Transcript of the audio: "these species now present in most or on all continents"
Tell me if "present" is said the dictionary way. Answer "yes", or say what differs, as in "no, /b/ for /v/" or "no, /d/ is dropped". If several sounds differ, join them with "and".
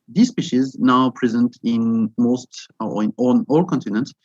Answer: yes